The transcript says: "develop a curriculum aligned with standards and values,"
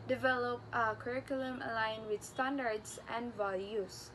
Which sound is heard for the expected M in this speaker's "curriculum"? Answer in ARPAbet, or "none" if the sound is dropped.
M